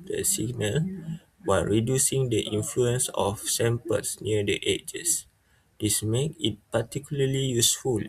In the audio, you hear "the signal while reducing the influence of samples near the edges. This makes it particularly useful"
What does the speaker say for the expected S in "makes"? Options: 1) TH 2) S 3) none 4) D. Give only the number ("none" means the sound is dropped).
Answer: 3